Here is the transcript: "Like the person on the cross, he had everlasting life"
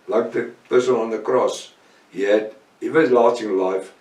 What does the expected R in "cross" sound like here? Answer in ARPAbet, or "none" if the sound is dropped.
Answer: R